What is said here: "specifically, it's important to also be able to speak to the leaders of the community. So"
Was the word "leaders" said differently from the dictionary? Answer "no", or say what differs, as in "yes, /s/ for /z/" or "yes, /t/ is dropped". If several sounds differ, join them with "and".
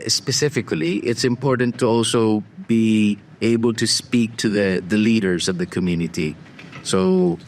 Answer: no